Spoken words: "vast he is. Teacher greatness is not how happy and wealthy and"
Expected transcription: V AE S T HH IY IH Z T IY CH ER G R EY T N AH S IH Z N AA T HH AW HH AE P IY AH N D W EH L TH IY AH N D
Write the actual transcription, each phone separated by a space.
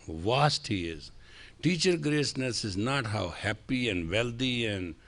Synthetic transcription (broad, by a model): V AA S T HH IY IH Z T IY CH ER G R EY S N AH S IH Z N AA T HH AW HH AE P IY AH N D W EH L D IY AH N D